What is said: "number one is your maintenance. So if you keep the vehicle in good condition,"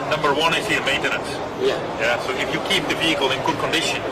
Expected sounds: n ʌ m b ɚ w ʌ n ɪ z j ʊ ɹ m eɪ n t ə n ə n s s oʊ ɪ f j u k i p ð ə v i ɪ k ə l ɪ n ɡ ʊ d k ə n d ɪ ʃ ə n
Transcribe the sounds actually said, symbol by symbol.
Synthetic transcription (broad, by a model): n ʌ m b ɚ w ʌ n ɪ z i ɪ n m eɪ n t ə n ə n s s oʊ ɪ f j u k i p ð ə v i ɪ k ə l ɪ n ɡ ʊ d k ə n d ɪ ʃ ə n